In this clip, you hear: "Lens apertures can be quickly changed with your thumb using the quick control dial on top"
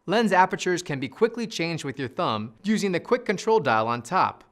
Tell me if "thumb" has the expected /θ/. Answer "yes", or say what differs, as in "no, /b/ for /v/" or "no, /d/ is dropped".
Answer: yes